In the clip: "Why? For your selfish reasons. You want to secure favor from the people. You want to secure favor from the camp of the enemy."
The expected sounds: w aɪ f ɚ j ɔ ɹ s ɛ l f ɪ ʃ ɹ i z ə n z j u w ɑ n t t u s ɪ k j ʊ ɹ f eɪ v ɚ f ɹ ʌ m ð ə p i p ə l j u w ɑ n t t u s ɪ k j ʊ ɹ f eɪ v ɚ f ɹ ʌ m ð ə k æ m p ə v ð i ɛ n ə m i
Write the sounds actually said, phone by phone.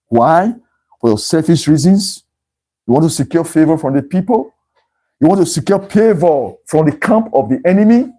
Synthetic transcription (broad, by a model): w aɪ f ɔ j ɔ s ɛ f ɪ s ɹ i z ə n s j u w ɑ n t t u s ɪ k j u f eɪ v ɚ f ɹ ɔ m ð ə p i p ə l j u w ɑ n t t u s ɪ k j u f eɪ v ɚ f ɹ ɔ m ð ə k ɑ m p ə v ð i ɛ n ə m i